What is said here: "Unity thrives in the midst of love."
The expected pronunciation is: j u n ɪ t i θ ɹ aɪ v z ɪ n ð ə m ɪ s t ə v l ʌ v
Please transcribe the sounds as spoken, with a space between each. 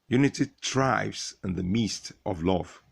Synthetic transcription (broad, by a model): j u n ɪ t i t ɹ aɪ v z ɪ n ð ə m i s t ə v l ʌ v